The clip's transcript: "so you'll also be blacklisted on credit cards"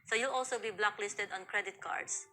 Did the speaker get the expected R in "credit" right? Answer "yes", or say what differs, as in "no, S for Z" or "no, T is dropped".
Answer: yes